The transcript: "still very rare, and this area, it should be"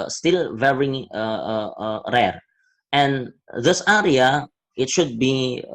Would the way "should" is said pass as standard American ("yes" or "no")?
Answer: yes